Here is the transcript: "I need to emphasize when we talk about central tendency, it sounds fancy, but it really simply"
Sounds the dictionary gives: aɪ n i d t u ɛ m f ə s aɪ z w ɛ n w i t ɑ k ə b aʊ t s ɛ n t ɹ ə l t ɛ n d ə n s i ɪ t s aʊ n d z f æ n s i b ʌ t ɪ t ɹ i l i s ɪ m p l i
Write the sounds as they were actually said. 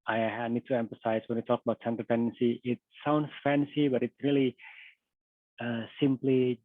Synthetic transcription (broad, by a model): aɪ n i d t u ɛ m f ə s aɪ s w ɛ n w i t ɑ k ə b aʊ t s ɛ n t ə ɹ t ɛ n d ə n s i ɪ t s aʊ n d s f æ n s i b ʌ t ɪ t ɹ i l i s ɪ m p l i